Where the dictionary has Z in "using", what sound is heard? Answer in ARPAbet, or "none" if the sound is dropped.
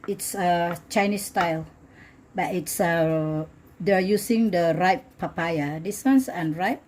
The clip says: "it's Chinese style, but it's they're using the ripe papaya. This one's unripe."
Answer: S